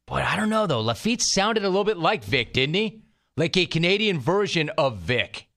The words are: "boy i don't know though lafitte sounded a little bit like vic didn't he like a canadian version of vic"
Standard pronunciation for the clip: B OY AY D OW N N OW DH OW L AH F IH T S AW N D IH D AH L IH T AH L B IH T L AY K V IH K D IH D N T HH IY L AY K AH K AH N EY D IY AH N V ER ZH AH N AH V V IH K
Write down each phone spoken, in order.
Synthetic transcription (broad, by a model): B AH AY D OW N N OW DH OW L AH F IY T S AW N D IH D AH L IH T L B IH T L AY K V IH K D IH D N T IY L AY K AH K AH N EY D IY AH N V ER ZH AH N AH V V IH K